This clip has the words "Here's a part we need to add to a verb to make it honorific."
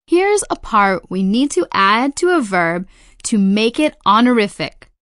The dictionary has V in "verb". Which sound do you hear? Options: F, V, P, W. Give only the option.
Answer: V